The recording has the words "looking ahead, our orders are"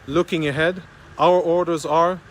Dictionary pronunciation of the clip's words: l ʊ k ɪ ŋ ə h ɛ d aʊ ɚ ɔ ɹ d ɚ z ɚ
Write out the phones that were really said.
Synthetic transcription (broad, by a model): l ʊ k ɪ ŋ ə h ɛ d aʊ ɚ ɔ ɹ d ɚ z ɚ